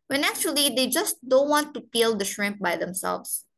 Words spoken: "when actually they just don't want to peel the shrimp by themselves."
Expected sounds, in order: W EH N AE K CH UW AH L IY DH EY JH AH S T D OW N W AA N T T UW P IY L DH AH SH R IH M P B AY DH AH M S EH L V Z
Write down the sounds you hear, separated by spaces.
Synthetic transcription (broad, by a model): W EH N AE K CH UW AH L IY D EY JH AH S T D OW N W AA N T T UW P IY L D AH SH R IH M P B AY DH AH M S EH L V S